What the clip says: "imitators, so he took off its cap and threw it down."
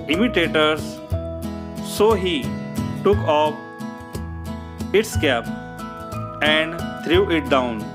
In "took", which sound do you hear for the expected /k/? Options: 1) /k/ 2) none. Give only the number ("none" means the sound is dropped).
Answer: 1